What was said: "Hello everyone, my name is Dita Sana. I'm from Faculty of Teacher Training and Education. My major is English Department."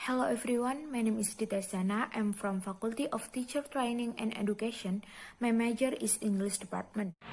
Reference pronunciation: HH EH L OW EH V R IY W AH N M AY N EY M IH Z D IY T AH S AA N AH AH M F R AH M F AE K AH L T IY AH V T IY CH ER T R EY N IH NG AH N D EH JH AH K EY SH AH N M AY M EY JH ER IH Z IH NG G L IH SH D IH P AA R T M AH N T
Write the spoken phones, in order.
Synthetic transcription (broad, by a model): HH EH L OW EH F R IY W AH N M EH N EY M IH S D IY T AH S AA N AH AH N F R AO M F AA K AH L T IY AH F T IY CH ER T R EY N IH NG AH N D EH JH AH K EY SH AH N M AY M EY JH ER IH S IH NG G L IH S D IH P AA R T M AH N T